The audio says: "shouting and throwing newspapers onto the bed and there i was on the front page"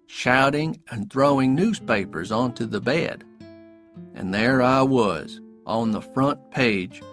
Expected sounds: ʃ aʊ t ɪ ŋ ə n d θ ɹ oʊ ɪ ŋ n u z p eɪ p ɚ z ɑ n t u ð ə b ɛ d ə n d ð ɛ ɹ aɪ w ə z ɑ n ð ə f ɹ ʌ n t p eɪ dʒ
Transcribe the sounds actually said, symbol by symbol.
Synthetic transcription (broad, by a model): ʃ aʊ t ɪ ŋ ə n θ ɹ oʊ ɪ ŋ n u z p eɪ p ɚ z ɑ n t u ð ə b ɛ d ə n ð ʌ ɹ aɪ w ə z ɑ n ð ə f ɹ ʌ n p eɪ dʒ